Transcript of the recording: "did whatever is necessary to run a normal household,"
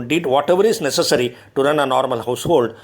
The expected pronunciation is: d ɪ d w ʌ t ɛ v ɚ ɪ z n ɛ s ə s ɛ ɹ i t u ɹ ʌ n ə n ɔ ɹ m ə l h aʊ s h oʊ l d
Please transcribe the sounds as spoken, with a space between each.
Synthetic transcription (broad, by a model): d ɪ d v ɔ t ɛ v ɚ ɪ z n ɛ s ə s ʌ ɹ i t u ɹ ʌ n ə n ɔ ɹ m ə l h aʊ s h oʊ l d